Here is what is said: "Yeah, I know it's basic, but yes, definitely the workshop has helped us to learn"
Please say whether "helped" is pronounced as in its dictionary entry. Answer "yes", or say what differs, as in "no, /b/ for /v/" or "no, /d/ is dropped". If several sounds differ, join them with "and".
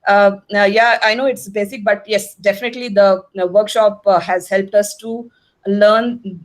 yes